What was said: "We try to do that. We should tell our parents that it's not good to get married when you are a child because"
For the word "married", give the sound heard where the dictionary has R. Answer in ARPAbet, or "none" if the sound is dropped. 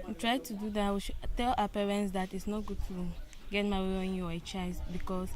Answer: none